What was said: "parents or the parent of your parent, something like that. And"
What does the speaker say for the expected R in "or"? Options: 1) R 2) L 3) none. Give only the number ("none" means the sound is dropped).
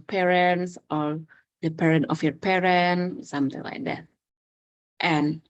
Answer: 2